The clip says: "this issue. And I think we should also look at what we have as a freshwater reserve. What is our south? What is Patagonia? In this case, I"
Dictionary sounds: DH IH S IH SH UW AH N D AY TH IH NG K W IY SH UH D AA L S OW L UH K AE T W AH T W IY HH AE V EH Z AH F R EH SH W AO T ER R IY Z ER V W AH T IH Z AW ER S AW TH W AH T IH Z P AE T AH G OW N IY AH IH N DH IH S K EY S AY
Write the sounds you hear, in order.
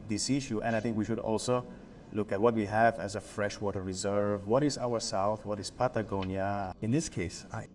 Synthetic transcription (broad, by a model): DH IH S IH SH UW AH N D AY TH IH NG K W IY SH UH D AA L S OW L UH K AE T W AH T W IY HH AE V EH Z AH F R EH SH W AO T ER R IY Z ER V W AH T IH Z AW ER S AW TH W AH T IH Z P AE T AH G OW N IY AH IH N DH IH S K EY S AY